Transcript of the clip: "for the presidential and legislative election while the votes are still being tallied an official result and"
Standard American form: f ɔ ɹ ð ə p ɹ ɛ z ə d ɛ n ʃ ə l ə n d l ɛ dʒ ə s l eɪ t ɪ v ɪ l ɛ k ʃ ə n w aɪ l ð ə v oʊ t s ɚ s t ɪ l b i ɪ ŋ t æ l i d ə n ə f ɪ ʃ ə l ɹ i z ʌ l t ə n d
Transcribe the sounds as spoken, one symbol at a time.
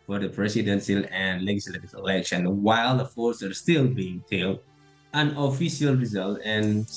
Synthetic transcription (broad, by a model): f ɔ ɹ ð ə p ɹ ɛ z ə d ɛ n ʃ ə l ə n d l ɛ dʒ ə s l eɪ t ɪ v ɪ l ɛ k ʃ ə n w aɪ l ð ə f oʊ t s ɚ s t ɪ l b i ɪ ŋ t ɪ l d ə n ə f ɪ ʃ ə l ɹ i z ʌ l t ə n